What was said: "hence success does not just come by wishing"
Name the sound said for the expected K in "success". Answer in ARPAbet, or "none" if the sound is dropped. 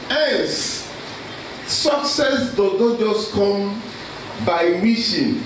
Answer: K